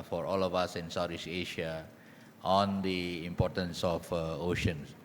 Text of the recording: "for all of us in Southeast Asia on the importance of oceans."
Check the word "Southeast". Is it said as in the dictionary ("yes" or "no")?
no